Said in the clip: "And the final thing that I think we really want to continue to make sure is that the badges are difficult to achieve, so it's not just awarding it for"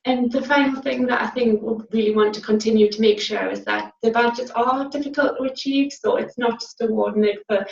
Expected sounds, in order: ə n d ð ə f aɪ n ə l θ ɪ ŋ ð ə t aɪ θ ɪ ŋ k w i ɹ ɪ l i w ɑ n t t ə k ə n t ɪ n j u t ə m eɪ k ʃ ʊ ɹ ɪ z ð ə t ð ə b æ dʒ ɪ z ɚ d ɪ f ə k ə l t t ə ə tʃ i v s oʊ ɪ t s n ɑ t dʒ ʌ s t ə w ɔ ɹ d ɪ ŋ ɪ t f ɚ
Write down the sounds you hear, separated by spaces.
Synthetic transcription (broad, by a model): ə n ð ə f aɪ n l θ ɪ ŋ ð ə t aɪ θ ɪ ŋ k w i ɹ ɪ l i w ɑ n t t ə k ə n t ɪ n j u t ə m eɪ k ʃ ʊ ɹ ɪ z ð ə t ð ə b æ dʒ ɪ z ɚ d ɪ f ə k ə l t t ə ə tʃ i v s oʊ ɪ t s n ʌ t dʒ ʌ s t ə w ɔ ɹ d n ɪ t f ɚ